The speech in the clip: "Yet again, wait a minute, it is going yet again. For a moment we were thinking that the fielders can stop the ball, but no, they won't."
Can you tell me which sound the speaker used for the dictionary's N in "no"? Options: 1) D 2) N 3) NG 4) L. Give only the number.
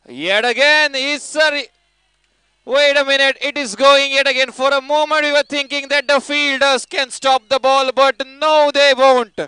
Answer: 2